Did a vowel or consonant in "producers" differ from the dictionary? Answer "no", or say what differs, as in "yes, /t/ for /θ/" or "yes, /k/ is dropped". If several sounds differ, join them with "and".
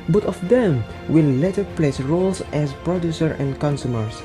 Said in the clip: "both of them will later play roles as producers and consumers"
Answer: yes, /z/ is dropped